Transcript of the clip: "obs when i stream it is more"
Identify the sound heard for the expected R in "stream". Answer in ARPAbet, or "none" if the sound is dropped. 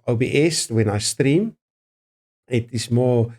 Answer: R